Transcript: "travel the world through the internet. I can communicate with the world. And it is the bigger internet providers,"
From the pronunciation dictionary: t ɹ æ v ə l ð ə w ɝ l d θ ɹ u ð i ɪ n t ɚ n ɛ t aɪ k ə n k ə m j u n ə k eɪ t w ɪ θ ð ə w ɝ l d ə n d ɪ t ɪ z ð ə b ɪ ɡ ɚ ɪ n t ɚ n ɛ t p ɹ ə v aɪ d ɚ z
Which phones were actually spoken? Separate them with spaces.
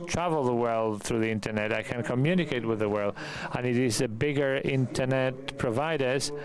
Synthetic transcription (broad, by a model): t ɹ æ v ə l ð ə w ɝ l d θ ɹ u ð i ɪ n t ɚ n ɛ t aɪ k ə n k ə m j u n ə k eɪ t w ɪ ð ə w ɝ l d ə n ɪ t ɪ z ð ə b ɪ ɡ ɚ ɪ n t ɚ n ɛ t p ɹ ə v aɪ d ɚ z